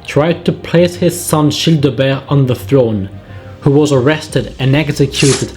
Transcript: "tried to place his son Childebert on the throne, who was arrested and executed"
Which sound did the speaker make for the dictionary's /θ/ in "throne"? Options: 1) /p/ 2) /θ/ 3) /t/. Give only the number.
2